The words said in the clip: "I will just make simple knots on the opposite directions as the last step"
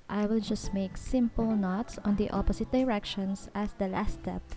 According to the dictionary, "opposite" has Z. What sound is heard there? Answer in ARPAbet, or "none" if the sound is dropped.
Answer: S